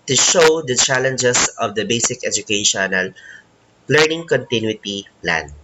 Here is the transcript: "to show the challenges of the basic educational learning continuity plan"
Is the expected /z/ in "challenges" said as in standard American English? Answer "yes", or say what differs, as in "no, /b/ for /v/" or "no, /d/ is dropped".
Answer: no, /s/ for /z/